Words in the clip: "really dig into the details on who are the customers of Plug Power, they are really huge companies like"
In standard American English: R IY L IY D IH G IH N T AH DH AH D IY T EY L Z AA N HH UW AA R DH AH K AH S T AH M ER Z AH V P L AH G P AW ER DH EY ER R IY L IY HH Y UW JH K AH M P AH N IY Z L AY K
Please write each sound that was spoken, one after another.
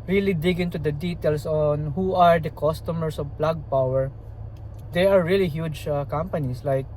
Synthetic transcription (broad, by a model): R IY L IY D IH G IH N T AH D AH D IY T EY L S AA N HH UW AA R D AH K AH S T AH M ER S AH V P L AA G P AW ER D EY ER R IY L IY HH Y UW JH K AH M P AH N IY S L AY K